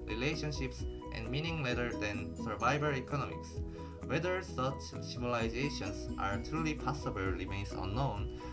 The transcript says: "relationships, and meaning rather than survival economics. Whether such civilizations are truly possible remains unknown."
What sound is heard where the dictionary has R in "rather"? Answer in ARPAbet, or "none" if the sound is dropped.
L